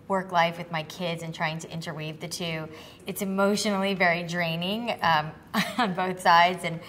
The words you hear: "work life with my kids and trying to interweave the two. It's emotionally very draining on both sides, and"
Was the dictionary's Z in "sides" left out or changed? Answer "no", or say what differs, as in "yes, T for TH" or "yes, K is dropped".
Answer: no